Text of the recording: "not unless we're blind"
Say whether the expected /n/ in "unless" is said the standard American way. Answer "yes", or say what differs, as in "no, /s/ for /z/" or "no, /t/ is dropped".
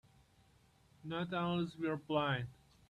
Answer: no, /n/ is dropped